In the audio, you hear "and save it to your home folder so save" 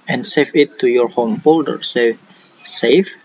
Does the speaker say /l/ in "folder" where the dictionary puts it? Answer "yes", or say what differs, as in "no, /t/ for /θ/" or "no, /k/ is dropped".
yes